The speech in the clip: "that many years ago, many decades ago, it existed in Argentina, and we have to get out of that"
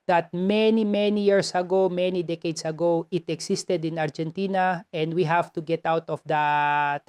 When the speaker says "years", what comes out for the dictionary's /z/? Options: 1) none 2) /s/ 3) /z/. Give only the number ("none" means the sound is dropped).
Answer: 2